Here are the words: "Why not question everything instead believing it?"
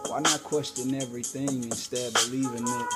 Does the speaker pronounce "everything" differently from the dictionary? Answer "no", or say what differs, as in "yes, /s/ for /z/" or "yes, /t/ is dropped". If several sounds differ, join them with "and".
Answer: no